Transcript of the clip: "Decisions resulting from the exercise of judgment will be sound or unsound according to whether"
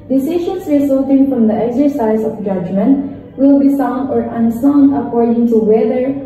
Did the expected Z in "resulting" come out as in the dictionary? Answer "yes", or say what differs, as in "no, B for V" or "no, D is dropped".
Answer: no, S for Z